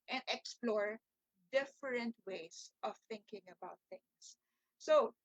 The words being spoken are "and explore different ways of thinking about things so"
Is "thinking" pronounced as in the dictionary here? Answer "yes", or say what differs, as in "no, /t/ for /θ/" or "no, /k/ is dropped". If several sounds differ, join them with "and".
yes